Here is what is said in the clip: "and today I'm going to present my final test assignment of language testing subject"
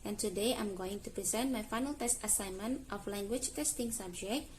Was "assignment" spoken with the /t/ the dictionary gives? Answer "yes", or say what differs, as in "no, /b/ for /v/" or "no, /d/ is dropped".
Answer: yes